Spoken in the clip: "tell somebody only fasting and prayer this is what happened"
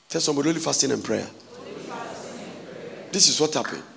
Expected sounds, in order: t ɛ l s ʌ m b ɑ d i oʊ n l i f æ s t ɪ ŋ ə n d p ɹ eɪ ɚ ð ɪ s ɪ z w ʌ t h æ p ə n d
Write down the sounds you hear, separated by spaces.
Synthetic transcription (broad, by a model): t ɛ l s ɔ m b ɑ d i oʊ l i f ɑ s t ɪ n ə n p ɹ eɪ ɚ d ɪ s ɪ s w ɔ t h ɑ p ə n